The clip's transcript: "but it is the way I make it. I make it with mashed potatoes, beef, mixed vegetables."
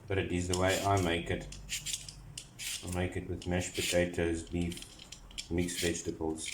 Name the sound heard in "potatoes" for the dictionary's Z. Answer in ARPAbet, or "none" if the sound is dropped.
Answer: Z